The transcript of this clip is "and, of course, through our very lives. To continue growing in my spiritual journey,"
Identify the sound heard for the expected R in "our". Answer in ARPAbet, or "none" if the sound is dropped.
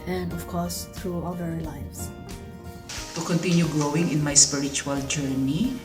L